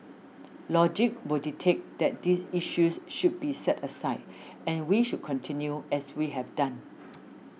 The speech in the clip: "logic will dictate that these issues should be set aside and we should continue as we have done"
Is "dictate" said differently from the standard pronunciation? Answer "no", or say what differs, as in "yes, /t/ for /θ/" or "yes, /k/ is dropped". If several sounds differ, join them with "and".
yes, /k/ is dropped